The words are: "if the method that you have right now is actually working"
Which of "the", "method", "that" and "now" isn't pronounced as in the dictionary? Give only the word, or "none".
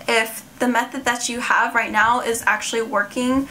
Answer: none